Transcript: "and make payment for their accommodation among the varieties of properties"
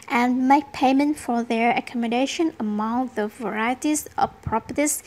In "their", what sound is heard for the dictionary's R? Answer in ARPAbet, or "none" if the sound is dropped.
R